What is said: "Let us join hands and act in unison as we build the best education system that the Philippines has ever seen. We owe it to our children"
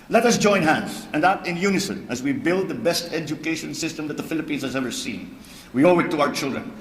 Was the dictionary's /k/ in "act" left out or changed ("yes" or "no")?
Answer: yes